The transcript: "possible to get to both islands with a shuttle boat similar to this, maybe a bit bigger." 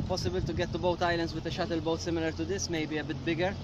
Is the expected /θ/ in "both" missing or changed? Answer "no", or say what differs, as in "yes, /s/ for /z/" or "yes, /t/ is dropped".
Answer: yes, /t/ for /θ/